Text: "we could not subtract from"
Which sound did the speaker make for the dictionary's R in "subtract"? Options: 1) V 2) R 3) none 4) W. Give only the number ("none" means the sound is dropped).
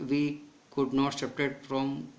3